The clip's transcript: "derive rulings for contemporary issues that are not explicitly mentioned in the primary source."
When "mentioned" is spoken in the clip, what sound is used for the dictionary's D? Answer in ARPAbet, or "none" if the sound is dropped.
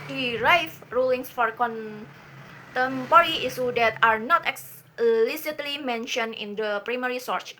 none